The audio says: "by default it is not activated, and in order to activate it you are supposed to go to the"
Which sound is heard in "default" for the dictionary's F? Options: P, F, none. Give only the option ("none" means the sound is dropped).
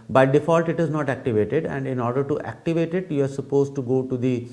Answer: F